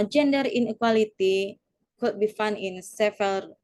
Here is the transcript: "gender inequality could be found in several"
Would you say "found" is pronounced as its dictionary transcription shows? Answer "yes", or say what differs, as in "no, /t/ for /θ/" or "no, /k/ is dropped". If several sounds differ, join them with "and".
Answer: no, /d/ is dropped